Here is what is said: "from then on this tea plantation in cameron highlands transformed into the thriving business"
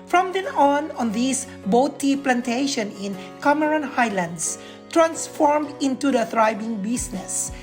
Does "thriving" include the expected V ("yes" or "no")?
no